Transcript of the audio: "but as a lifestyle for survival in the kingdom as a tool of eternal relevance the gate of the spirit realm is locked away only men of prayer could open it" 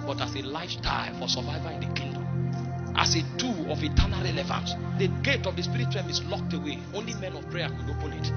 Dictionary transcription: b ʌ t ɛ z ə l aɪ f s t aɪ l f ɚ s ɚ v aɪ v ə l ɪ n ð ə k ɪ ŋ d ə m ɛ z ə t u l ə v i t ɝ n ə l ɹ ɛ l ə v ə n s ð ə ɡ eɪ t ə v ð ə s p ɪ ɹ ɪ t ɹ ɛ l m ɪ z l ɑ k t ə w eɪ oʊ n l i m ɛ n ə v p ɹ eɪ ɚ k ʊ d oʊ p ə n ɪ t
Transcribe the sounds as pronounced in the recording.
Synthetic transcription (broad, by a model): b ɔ t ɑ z ə l aɪ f t aɪ f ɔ s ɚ v aɪ v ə ɪ n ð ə k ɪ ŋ d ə m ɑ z ə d u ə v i t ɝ n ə l ɹ ɛ l ə v ə n s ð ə ɡ eɪ t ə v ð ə s p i ɹ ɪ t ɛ m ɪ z l ɑ k t ə w eɪ oʊ n l i m ɛ n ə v p ɹ eɪ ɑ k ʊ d oʊ p ə n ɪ t